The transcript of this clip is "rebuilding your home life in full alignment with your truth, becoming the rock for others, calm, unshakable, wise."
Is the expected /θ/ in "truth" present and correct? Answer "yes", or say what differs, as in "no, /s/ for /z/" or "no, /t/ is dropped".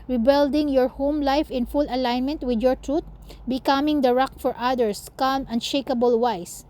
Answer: no, /t/ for /θ/